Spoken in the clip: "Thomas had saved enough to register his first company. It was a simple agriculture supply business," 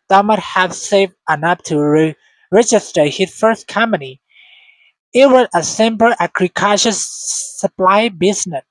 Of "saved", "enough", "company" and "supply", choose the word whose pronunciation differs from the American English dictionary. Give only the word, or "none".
enough